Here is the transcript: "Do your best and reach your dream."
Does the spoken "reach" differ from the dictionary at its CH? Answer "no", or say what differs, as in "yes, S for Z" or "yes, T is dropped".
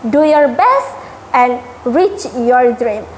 no